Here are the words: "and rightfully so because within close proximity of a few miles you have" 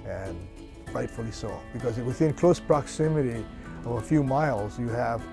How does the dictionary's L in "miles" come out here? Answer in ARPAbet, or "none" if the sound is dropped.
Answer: L